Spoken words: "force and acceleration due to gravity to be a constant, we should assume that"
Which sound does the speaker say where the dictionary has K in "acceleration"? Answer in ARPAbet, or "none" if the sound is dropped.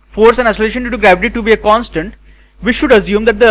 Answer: none